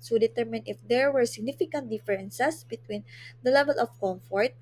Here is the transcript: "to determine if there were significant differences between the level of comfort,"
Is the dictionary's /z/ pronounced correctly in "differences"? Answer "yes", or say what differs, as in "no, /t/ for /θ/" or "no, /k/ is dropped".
no, /s/ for /z/